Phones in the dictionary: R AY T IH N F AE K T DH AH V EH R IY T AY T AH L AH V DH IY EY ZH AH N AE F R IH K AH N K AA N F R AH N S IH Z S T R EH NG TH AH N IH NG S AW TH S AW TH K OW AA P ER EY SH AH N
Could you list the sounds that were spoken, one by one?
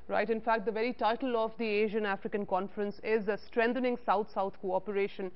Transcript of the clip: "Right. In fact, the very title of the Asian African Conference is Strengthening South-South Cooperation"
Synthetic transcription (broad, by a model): R AY T IH N F AE K T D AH V EH R IY T AY T AH L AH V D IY EY ZH AH N AE F R IH K AH N K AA N F R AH N S IH Z S T R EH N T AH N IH NG S AW T S AW T K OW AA P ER EY SH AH N